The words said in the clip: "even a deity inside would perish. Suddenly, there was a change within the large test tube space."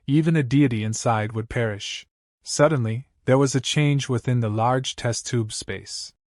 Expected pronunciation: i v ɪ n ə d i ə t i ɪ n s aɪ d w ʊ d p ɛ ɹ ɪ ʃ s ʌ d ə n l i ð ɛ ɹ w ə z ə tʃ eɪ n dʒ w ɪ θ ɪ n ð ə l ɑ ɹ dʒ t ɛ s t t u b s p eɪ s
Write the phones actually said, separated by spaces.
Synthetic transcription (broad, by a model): i v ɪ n ə d i ə t i ɪ n s aɪ d w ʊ d p ɛ ɹ ɪ ʃ s ʌ d n l i ð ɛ ɹ w ə z ə tʃ eɪ n dʒ w ɪ θ ɪ n ð ə l ɑ ɹ dʒ t ɛ s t t u b s p eɪ s